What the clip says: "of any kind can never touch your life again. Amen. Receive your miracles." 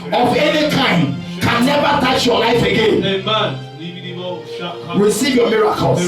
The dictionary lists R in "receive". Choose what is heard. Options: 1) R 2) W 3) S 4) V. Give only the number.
1